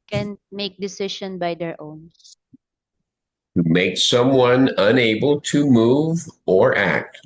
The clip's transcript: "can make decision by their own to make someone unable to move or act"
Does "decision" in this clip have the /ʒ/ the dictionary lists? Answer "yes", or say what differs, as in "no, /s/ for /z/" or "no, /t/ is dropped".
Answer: no, /ʃ/ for /ʒ/